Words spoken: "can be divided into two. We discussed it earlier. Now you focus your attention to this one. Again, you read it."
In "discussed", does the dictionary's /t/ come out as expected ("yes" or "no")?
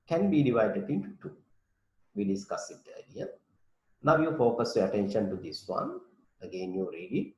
no